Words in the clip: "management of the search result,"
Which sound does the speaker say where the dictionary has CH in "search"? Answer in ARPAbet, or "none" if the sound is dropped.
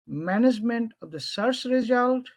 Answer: S